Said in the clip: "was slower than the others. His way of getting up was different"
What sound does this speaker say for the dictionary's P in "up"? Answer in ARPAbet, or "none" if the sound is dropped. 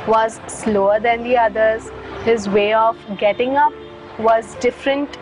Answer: P